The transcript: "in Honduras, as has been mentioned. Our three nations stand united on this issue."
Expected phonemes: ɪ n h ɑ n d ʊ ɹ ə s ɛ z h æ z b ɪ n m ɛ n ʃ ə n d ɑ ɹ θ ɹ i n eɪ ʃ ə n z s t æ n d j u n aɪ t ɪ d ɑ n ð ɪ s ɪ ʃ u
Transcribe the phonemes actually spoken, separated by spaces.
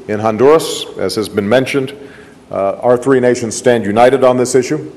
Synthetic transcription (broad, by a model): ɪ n h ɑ n d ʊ ɹ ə s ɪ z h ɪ z b ɪ n m ɛ n ʃ ə n d ɑ ɹ θ ɹ i n eɪ ʃ ə n z s t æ n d j u n aɪ t ɪ d n ð ɪ s ɪ ʃ u